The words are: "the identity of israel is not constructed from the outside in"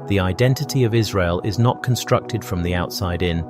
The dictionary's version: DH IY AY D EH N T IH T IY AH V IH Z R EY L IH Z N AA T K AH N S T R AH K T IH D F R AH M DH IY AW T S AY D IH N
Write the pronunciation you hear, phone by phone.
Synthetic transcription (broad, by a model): DH IY AY D EH N T IH T IY AH V IH Z R EY L IH Z N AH T K AH N S T R AH K T IH D F R AH M DH IY AW T S AY D IH N